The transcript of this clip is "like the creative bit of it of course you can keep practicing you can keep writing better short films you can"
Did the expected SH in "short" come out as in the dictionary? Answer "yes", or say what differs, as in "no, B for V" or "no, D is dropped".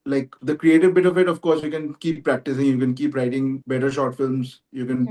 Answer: yes